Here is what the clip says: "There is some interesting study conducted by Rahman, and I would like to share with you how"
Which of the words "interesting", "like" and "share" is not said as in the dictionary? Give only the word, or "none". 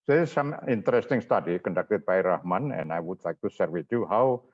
share